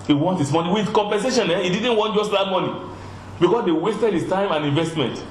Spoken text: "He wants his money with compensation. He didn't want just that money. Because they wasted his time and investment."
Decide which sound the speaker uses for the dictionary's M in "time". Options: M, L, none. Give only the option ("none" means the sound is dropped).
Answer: M